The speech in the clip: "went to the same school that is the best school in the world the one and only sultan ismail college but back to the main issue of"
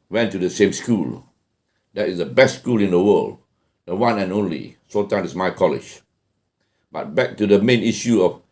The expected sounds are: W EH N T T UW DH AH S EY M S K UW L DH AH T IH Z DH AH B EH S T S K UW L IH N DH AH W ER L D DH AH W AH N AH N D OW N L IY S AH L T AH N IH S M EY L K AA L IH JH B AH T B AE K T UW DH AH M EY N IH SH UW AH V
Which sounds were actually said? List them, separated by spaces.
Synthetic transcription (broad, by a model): W EH N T T UW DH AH S EY M S K UW L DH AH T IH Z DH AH B EH S T S K UW L IH N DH AH W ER L D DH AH W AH N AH N OW N L IY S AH T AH IH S M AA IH K AA L IH JH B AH T B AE K T UW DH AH M EY N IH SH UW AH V